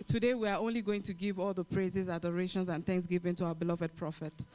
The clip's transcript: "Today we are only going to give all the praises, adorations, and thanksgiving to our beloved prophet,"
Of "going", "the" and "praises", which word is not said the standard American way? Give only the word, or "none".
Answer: none